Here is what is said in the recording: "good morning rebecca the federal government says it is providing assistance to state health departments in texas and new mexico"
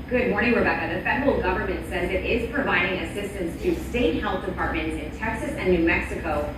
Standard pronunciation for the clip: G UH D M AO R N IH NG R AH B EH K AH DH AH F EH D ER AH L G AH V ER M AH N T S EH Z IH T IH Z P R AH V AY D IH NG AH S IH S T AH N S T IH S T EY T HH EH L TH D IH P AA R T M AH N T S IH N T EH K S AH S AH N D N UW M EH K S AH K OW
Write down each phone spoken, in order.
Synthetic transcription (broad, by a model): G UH D M AO R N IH NG W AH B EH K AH DH AH F EH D ER L G AH V ER M AH N T S EH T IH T IH Z P R AH V AY D IH NG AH S IH S T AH N S T IH S T EY T HH EH L TH D IH P AA R T M AH N T S IH N T EH K S AH S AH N N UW M EH K S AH K OW